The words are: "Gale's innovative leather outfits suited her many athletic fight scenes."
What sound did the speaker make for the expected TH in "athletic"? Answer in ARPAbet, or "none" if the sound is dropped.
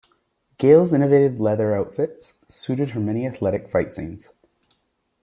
TH